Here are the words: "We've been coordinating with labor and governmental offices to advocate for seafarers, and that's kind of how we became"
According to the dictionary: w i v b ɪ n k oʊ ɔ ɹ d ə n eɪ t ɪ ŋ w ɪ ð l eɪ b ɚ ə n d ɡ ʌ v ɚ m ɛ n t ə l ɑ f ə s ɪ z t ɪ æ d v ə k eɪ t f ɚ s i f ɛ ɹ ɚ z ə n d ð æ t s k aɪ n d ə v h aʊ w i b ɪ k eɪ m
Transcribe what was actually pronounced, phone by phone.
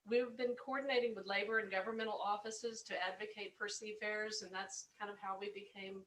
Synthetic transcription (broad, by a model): w i v b ɪ n k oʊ ɔ ɹ d n eɪ t ɪ ŋ w ɪ ð l eɪ b ɚ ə n ɡ ʌ v ɚ m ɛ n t l ɑ f ə s ɪ z t ɪ æ d v ə k eɪ t p ɚ s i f ɛ ɹ z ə n ð æ t s k aɪ n d ə v h aʊ w i b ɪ k eɪ m